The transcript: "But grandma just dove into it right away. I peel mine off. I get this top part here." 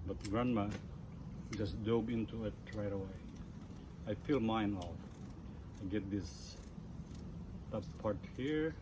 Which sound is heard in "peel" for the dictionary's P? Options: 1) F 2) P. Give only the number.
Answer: 1